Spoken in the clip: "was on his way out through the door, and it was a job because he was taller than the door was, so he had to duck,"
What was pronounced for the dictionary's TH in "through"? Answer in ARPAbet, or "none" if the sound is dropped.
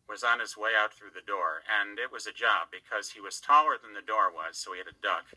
TH